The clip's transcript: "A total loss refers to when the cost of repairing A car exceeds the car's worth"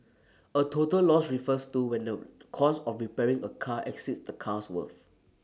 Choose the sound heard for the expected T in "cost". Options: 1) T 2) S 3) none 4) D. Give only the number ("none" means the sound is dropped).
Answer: 3